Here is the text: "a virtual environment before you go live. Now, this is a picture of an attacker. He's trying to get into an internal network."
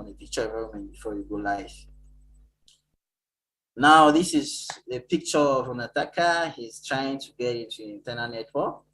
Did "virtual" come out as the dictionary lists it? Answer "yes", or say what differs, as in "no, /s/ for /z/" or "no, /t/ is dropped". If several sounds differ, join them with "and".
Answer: no, /p/ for /v/